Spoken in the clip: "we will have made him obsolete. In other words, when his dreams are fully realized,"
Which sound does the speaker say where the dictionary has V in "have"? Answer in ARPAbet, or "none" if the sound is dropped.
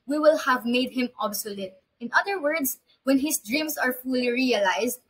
V